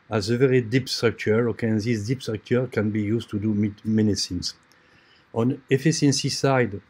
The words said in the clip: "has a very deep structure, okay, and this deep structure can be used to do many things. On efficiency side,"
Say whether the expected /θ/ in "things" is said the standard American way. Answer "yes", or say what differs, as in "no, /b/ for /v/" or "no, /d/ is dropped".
no, /s/ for /θ/